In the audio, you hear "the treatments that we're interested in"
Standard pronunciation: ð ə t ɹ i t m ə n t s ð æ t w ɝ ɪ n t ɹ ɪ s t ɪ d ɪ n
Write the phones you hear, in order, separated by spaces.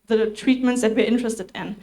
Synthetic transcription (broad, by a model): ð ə t ɹ i t m ə n t s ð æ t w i ɪ n t ɹ ɪ s t ɪ d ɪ n